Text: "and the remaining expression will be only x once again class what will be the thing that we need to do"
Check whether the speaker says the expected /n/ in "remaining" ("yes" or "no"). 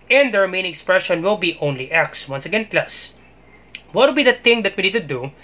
no